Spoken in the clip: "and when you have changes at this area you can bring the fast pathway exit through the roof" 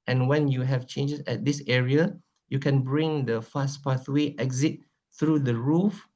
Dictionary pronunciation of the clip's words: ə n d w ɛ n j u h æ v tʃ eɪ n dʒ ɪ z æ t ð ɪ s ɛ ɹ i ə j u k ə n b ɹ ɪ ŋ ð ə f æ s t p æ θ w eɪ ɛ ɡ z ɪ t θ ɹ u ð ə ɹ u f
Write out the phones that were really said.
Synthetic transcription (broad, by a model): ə n w ɛ n j u h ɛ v tʃ eɪ n dʒ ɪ s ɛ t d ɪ s ɛ ɹ i ə j u k ə n b ɹ ɪ ŋ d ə f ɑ s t p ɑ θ w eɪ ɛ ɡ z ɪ t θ ɹ u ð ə ɹ u f